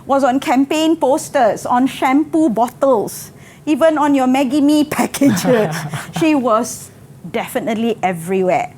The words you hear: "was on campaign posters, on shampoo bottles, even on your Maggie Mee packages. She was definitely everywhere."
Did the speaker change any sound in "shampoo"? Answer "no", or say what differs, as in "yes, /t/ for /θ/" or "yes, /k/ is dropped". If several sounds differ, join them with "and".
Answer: no